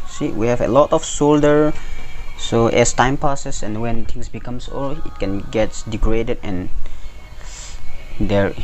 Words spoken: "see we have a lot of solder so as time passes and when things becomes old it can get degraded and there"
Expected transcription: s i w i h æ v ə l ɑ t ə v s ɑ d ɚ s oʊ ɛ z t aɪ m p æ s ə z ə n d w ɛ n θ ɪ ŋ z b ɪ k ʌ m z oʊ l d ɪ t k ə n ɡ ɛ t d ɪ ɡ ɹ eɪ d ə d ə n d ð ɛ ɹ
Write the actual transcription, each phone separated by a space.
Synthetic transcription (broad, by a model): s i w i h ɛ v ə l ɑ t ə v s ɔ d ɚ s oʊ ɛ s t aɪ m p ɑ s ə s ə n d w ɛ n t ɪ ŋ s b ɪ k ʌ m s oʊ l ɪ t k ə n ɡ ɛ t d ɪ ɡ ɹ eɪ d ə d ə n d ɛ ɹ